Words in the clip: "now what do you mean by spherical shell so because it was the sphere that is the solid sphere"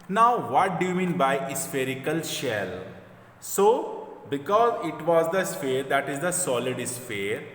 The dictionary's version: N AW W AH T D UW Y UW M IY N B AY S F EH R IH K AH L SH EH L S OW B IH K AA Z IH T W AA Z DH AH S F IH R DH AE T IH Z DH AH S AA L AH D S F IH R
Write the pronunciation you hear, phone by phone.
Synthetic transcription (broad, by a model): N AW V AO T D UW Y UW M IY N B AY S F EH R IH K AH L SH EH L S OW B IH K AA Z IH T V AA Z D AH S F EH R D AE T IH Z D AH S AA L AH D S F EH R